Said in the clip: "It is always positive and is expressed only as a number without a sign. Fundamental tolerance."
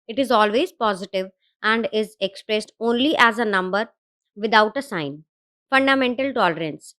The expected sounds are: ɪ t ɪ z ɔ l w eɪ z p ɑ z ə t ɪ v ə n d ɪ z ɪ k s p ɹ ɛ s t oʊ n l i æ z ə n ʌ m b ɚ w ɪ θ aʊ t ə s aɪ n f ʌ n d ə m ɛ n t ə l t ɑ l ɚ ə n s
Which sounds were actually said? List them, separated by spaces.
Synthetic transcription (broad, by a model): ɪ t ɪ z ɔ l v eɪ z p ɑ z ə t ɪ v ə n d ɪ z ɪ k s p ɹ ɛ s t oʊ n l i æ z ə n ʌ m b ɚ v ɪ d aʊ t ə s aɪ n f ʌ n d ə m ɛ n t ə l t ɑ l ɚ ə n s